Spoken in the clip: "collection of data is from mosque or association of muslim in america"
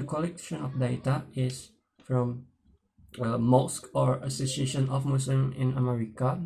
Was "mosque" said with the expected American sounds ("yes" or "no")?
yes